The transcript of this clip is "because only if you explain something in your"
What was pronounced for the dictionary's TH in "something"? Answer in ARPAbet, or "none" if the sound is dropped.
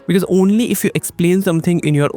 T